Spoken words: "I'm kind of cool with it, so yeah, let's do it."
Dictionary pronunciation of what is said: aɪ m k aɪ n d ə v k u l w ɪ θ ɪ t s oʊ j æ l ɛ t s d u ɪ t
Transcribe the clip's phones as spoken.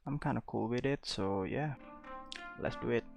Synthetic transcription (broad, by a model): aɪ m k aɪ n ə k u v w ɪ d ɪ t s oʊ j æ l ɛ t s d u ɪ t